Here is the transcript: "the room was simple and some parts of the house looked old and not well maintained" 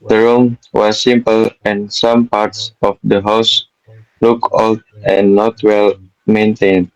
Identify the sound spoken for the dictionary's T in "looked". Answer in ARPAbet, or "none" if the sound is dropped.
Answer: none